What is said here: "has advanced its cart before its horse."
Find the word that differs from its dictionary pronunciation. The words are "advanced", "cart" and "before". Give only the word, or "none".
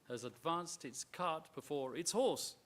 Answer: none